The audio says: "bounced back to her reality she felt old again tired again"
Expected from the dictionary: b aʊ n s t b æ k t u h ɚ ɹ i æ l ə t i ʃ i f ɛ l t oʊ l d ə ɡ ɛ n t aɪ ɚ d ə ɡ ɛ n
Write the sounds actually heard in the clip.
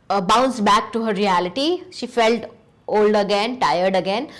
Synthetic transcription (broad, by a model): b aʊ n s b æ k t u h ɚ ɹ i æ l ə t i ʃ i f ɛ l t oʊ l d ə ɡ ɛ n t aɪ ɚ d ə ɡ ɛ n